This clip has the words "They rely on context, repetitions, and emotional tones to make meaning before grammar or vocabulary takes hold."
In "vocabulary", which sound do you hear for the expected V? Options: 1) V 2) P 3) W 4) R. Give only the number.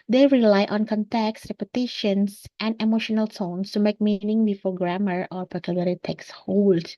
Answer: 2